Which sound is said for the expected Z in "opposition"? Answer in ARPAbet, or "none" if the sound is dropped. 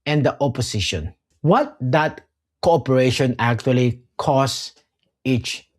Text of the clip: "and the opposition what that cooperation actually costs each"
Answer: S